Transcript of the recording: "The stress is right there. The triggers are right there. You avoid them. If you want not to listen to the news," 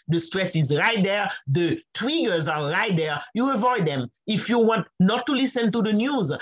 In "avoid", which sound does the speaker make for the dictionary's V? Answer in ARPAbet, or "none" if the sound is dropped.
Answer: V